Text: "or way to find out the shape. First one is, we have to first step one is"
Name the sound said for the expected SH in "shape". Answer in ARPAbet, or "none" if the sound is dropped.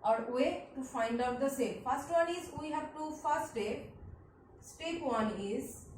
S